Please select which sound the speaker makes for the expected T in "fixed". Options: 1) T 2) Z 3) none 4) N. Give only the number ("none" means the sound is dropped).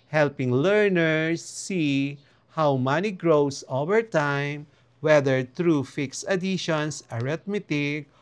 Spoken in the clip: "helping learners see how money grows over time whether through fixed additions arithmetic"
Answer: 3